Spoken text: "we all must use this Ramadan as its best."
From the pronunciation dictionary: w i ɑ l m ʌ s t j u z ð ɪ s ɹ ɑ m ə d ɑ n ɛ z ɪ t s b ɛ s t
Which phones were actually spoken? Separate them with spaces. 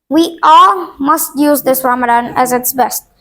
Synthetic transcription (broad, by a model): w i ɑ l m ʌ s t j u z ð ɪ s ɹ ɑ m ə d ɑ n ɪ z ɪ t s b ɛ s t